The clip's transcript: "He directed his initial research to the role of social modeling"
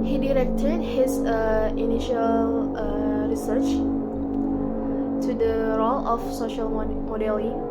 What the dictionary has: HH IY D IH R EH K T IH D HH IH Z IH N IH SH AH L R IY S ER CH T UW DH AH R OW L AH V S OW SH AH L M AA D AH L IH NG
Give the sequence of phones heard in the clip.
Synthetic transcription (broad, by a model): HH IY D IH R EH K T IH D HH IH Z IH N IH SH AH L R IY S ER CH T UW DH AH R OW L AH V S OW SH AH L M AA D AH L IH